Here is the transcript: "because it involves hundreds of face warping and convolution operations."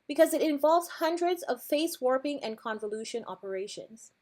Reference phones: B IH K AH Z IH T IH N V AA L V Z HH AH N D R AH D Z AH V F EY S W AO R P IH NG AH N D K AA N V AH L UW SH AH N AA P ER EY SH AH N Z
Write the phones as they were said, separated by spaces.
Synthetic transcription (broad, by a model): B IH K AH Z IH T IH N V AA L V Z HH AH N D R AH D Z AH V F EY S W AO R P IH NG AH N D K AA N V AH L UW SH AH N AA P ER EY SH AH N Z